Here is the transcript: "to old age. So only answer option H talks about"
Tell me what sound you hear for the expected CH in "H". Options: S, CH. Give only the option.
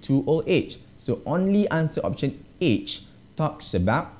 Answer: CH